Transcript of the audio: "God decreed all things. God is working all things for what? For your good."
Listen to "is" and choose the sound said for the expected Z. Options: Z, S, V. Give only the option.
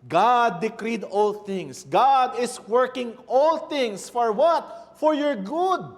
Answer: S